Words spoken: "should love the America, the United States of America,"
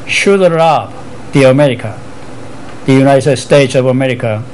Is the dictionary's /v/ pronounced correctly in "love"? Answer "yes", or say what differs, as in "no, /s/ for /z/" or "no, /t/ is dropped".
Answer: no, /b/ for /v/